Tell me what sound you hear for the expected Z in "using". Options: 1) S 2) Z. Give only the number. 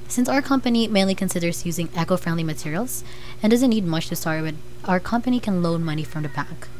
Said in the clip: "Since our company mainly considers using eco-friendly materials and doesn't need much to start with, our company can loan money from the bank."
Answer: 2